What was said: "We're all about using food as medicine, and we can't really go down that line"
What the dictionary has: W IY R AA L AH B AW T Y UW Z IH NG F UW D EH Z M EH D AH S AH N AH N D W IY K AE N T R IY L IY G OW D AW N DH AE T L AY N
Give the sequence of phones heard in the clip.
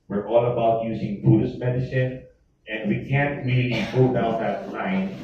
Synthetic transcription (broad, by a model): W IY R AA L AH B AW T Y UW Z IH NG P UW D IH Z M EH D AH S AH N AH N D W IY K AE N T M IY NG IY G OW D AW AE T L AY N